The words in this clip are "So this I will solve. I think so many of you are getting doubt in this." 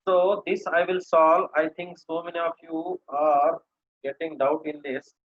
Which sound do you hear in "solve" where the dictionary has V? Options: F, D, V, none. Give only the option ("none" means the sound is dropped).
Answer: none